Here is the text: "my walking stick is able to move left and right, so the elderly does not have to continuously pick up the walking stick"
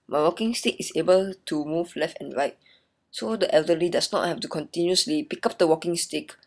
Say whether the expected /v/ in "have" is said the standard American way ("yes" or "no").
no